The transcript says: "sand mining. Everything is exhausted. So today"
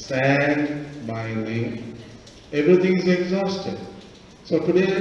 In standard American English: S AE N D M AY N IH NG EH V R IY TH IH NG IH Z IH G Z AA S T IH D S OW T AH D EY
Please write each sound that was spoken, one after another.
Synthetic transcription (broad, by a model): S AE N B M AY L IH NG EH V R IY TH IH NG IH Z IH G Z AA S T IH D S OW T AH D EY